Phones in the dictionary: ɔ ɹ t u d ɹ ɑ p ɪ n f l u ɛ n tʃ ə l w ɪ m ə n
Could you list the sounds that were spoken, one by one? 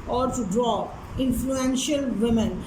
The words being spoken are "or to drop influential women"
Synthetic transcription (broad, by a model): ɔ ɹ t u d ɹ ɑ ɪ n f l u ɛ n ʃ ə l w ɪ m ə n